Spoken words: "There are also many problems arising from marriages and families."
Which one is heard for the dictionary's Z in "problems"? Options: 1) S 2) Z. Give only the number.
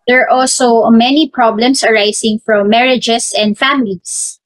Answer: 1